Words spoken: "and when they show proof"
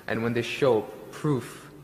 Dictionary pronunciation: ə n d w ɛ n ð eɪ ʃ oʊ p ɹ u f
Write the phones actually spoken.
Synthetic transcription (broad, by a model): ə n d w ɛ n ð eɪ ʃ oʊ p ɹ u f